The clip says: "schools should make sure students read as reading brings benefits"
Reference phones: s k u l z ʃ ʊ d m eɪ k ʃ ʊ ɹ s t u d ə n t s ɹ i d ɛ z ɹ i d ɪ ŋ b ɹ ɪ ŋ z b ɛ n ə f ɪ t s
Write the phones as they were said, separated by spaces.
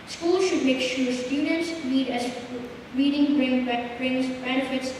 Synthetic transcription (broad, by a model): s k u l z ʃ ʊ d m eɪ k ʃ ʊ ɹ s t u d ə n t s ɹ i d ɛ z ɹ i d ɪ ŋ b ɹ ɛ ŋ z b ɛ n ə f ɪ t s